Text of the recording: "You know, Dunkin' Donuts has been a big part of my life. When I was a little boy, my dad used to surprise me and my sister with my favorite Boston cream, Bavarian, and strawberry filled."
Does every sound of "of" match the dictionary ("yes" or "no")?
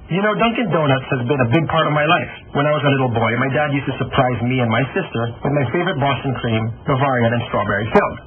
yes